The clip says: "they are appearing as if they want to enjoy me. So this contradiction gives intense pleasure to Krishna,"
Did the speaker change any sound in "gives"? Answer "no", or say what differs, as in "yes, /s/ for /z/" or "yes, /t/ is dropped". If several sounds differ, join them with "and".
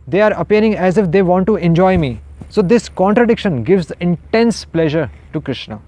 no